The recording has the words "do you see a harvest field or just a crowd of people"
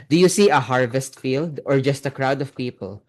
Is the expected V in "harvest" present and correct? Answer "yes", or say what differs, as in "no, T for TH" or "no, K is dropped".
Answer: yes